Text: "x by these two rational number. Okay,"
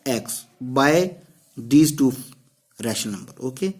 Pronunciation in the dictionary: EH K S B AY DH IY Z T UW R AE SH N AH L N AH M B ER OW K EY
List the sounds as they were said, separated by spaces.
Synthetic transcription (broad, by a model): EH K S B AY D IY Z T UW R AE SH AH N AH M B ER OW K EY